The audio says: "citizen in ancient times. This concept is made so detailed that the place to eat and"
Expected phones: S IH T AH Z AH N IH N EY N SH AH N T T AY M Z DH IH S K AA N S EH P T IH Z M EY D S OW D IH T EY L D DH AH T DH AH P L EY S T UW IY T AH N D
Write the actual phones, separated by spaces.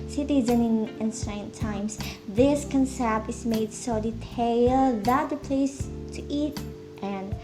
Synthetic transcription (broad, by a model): S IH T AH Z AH N IH N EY N S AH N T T AY M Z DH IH S K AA N S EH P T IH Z M EY D S OW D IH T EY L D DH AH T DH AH P L EY S T UW IY T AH N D